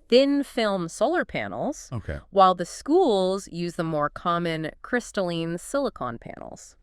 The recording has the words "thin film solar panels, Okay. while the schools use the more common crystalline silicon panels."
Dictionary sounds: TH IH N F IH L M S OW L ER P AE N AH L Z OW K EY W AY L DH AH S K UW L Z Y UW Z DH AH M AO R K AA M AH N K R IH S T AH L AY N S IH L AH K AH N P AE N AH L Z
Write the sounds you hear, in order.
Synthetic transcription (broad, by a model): TH IH N F IH L M S OW L ER P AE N L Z OW K EY W AY L DH AH S K UW L Z Y UW Z DH AH M AO R K AA M AH N K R IH S T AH L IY N S IH L AH K AH N P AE N L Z